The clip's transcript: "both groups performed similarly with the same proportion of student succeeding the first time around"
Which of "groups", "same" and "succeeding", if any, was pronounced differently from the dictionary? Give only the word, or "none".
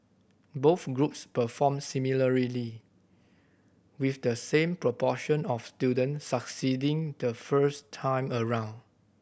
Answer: none